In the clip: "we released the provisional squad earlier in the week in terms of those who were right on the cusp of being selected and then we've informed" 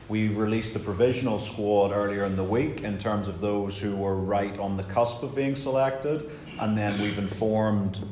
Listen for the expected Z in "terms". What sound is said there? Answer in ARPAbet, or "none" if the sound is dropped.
Z